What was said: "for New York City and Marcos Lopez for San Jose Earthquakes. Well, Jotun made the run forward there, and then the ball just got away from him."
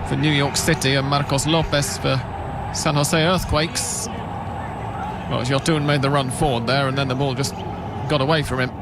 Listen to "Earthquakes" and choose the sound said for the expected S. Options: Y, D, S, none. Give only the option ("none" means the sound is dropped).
S